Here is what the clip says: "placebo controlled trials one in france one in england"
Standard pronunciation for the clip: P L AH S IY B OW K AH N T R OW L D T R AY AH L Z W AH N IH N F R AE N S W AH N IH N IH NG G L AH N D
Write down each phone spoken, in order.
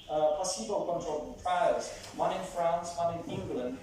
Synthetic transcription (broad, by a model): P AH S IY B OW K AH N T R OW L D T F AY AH Z W AH N IH N F R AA N S W AH N IH N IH NG G L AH N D